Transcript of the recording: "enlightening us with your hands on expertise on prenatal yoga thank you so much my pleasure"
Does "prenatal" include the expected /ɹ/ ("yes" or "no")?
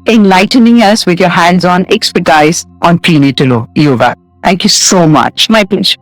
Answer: no